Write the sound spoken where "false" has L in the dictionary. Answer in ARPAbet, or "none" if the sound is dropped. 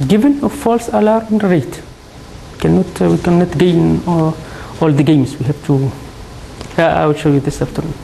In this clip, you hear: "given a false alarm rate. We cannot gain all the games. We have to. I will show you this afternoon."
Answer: L